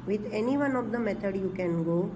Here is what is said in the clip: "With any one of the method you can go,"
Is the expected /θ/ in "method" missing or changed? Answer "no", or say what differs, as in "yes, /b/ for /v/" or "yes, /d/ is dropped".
yes, /t/ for /θ/